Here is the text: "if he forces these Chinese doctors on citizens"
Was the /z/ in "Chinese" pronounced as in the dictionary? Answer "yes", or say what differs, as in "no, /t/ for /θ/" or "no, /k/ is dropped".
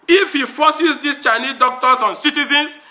no, /z/ is dropped